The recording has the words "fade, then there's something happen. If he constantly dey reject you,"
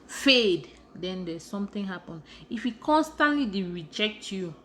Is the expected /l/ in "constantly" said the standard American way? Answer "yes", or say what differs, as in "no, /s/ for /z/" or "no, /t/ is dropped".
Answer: yes